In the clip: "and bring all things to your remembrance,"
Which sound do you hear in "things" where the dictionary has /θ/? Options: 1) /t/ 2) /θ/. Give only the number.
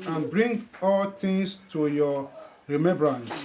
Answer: 1